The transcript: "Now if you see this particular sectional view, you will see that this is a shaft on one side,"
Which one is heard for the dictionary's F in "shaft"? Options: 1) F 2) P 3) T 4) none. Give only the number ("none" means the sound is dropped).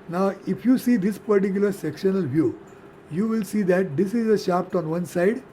2